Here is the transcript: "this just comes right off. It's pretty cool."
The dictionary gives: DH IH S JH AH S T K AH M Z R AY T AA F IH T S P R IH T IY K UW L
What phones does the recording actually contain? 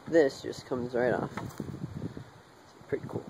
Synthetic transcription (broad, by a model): DH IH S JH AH S K AH M Z R AY T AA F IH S P R IH T IY K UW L